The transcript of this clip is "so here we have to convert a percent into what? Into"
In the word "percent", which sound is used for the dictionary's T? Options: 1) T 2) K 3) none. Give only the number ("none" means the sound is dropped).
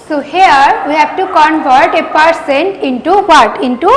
1